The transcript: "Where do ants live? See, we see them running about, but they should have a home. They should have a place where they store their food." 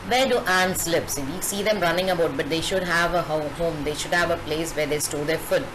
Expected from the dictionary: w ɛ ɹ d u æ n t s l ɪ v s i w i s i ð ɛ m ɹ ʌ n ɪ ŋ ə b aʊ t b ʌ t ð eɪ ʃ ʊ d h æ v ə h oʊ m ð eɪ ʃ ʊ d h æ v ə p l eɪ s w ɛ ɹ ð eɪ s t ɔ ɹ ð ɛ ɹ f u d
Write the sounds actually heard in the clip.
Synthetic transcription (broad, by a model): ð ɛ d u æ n s l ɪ p s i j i s i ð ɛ m ɹ ʌ n ɪ ŋ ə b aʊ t b ʌ t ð eɪ ʃ ʊ d h æ v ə h oʊ m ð eɪ ʃ ʊ d h æ v ə p l eɪ s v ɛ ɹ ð eɪ s t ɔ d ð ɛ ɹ f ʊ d